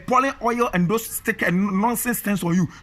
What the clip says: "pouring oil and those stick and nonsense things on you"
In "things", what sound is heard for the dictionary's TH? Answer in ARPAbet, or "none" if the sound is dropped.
T